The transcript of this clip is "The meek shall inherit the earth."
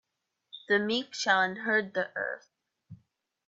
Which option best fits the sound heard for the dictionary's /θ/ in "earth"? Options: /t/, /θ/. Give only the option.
/θ/